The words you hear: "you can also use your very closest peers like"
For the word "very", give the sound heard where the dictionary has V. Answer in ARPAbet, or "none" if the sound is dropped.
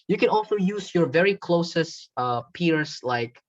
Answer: V